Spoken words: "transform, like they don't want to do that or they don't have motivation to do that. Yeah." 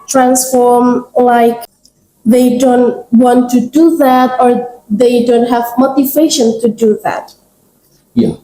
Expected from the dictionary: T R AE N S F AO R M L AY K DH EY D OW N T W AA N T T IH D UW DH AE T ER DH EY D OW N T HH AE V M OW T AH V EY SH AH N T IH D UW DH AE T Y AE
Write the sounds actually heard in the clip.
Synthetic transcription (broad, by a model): T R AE N S F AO R M L AY K DH EY D OW N T W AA N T T IH D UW DH AE T ER DH EY D OW N T HH AE V M OW T AH V EY SH AH N T IH D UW DH AE T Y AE